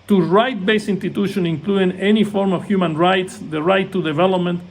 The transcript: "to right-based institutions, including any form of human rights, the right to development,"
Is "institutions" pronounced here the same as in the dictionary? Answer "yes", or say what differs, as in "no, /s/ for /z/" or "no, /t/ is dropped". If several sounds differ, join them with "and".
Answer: no, /z/ is dropped